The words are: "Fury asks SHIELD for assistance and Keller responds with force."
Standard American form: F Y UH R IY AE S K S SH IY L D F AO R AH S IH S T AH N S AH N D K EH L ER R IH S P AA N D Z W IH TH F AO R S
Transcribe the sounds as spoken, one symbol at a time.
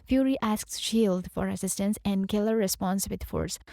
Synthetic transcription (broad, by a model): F Y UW R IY AE S K S SH IY L D F AO R AH S IH S T AH N S AH N D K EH L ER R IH S P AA N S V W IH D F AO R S